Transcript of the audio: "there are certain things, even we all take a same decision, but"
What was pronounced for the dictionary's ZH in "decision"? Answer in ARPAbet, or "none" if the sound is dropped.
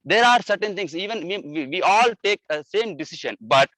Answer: SH